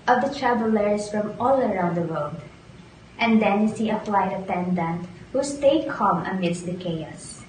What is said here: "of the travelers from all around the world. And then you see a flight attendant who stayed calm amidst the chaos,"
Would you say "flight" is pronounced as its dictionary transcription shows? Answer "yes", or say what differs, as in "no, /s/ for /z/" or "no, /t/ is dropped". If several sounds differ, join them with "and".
no, /p/ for /f/